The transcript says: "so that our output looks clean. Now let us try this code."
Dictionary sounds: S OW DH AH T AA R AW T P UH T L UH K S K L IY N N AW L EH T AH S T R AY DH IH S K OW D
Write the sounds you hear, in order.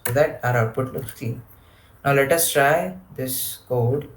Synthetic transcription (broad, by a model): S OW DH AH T AA R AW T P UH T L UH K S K IY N N AW L EH T AH S T R AY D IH S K OW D